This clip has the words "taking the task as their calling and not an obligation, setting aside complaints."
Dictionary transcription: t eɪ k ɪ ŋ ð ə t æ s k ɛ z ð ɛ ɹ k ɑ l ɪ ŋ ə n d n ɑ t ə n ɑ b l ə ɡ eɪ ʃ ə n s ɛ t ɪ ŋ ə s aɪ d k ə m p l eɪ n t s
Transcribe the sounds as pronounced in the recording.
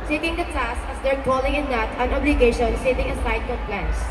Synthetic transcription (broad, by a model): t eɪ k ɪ ŋ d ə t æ s ɛ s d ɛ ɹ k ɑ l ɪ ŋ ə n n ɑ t ə n ɑ b l ə ɡ eɪ ʃ ə n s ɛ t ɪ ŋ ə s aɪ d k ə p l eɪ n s